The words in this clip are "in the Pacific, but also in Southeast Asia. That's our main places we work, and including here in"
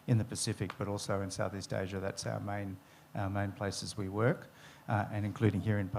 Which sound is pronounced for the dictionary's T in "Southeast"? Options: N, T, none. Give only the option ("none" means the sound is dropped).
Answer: T